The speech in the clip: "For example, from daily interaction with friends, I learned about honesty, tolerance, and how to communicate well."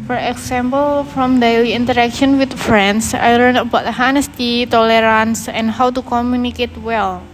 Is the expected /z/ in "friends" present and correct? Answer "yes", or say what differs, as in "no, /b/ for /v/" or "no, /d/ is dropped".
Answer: no, /s/ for /z/